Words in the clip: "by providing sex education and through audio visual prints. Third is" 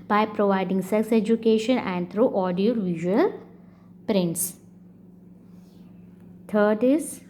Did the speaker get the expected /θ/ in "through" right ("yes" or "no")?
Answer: no